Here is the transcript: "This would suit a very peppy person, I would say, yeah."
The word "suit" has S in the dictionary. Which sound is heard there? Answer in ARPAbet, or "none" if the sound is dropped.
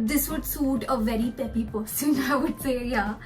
S